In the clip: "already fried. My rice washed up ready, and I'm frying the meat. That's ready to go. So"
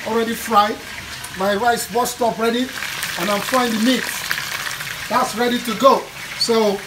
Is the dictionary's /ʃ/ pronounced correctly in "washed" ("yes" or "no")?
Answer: no